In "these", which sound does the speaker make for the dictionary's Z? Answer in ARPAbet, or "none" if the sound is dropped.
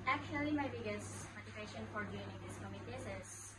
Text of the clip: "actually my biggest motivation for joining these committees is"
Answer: S